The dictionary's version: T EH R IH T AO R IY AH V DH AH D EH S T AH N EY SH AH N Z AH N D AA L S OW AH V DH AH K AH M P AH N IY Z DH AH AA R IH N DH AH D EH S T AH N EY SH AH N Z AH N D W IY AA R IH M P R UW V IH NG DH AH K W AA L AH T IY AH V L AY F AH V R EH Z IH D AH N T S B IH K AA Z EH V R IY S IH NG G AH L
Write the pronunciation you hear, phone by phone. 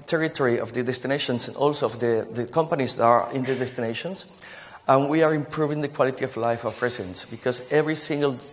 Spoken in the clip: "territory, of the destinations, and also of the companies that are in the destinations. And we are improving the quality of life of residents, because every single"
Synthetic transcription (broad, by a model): T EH R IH T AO R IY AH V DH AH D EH S T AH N EY SH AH N S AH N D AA L S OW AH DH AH K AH M P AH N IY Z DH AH AA R IH N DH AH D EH S T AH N EY SH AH N S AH N W IY AA R IH M P R UW V IH NG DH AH K W AA L AH T IY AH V L AY F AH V R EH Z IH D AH N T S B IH K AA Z EH V R IY S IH NG G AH L